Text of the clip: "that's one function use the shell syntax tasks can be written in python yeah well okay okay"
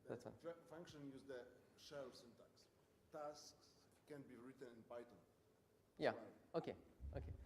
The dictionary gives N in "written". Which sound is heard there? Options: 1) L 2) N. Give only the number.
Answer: 2